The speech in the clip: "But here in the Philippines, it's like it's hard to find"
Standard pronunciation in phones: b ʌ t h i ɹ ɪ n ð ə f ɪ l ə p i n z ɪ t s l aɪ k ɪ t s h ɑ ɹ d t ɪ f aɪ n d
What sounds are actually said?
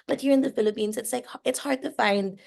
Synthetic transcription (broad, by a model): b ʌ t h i ɹ ɪ n ð ə f ɪ l ə p i n z ɪ t s l aɪ k ɪ t s h ɑ ɹ d t ɪ f aɪ n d